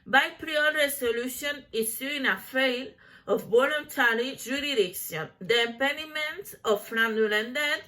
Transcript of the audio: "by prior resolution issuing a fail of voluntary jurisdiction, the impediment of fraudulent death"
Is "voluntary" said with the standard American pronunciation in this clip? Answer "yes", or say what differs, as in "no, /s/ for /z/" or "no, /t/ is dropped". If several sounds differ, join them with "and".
no, /b/ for /v/